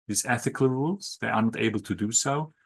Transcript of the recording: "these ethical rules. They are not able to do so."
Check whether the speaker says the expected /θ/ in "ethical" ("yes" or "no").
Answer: yes